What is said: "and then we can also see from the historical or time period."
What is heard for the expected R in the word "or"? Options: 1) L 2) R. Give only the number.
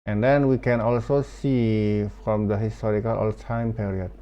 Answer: 1